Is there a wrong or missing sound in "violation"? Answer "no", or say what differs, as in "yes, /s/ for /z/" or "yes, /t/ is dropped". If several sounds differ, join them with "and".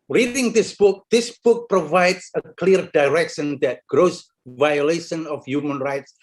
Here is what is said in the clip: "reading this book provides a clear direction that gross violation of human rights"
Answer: no